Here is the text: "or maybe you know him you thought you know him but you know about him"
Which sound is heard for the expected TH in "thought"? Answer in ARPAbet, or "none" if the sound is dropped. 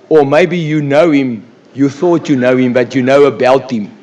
TH